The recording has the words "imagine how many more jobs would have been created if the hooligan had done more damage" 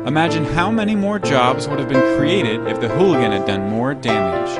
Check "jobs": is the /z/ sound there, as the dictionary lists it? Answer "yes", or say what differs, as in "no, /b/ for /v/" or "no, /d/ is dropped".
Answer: yes